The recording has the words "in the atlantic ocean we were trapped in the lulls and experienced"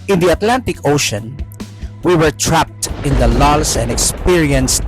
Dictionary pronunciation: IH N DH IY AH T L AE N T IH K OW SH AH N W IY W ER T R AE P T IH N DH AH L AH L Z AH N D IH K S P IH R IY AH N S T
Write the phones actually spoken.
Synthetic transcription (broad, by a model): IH N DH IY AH T L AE N T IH K OW SH AH N W IY W ER T R AE P T IH N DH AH L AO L S AH N D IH K S P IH R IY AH N S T